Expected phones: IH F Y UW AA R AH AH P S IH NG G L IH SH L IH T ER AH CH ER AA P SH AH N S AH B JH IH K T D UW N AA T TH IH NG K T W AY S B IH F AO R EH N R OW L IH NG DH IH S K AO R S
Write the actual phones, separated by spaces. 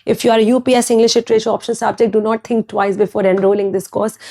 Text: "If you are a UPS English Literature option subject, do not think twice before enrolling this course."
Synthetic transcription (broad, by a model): IH F Y UW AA R AH P S IH NG G L IH SH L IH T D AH SH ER AA P SH AH N S AH B JH IH K T D UW N AA T T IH NG K T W AY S B IH F AO R EH N R OW L IH NG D IH S K AO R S